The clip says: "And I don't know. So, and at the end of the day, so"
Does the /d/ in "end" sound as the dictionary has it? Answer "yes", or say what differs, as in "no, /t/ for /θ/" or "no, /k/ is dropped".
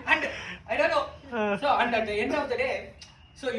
no, /d/ is dropped